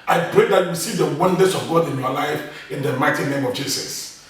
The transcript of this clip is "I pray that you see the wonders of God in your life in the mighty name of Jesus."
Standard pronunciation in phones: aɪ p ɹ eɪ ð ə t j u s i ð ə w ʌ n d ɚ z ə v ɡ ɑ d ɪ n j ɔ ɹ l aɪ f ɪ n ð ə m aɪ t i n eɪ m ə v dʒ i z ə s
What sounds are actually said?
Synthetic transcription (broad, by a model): aɪ p ɹ eɪ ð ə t j u s i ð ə w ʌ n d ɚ s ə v ɡ ɑ d ɪ n j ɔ l aɪ f ɪ n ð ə m aɪ t i n eɪ m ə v dʒ i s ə s